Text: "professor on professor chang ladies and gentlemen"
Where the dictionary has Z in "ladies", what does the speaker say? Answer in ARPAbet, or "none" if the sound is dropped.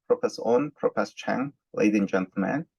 none